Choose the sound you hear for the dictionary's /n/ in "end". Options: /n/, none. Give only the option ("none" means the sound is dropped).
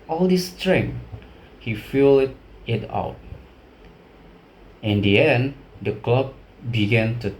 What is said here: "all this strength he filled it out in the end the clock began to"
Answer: /n/